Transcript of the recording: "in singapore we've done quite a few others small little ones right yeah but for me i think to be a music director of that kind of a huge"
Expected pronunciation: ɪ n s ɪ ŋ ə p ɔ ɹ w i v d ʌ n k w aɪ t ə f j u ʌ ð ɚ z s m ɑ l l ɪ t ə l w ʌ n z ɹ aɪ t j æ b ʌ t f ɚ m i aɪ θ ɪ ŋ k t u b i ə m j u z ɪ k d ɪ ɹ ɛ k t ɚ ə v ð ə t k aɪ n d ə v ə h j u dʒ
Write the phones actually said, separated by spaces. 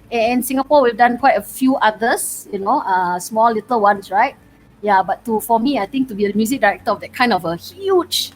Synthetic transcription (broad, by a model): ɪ n s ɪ ŋ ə p ɔ w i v d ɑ n k w aɪ t ə f j u ʌ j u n s m ɑ l l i t ə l w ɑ n s ɹ aɪ t j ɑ b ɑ t f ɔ m i aɪ t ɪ ŋ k t u b i ə m j u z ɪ k d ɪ ɹ ɛ k t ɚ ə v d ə t k aɪ n d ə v ə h j u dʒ